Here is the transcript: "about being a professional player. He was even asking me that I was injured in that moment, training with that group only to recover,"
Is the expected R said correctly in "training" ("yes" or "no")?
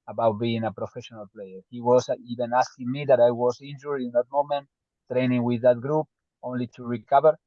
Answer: yes